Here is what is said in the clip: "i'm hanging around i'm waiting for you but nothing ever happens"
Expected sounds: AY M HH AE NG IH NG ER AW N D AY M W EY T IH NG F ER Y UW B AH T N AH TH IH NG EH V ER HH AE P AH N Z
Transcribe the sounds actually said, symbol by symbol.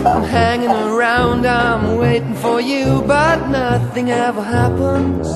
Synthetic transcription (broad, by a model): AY M HH AE NG IH NG ER AW N D AY M W EY T IH NG F ER Y UW B AH T N AH TH IH NG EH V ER HH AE P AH N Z